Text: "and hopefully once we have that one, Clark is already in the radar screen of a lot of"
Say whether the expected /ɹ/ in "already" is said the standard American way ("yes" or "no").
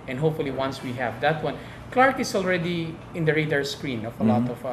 yes